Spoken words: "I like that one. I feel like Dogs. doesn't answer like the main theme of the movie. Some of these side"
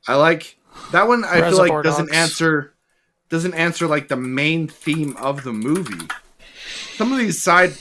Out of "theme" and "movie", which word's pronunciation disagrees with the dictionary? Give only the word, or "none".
none